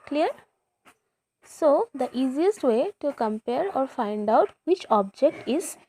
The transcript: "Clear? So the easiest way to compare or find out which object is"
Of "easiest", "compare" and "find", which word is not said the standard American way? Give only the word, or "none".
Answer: none